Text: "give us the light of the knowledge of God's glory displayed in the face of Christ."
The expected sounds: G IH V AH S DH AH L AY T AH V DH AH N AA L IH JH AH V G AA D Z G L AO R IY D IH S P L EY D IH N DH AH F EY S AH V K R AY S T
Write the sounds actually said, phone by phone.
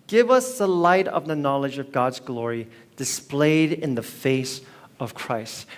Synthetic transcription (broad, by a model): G IH V AH S DH AH L AY T AH V DH AH N AA L IH JH AH V G AA D Z G L AO R IY D IH S P L EY D IH N DH AH F EY S AH V K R AY S T